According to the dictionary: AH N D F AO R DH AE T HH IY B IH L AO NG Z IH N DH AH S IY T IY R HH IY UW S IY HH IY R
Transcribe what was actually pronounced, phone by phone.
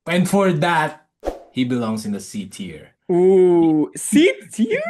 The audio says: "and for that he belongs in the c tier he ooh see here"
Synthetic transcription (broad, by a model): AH N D F AO R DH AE T HH IY B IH L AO NG S IH N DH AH S IY T IY R UW S IY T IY